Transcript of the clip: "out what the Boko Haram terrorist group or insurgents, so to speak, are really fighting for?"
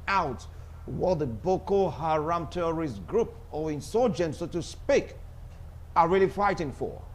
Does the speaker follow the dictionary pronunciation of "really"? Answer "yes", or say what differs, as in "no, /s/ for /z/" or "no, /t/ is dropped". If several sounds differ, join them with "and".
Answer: yes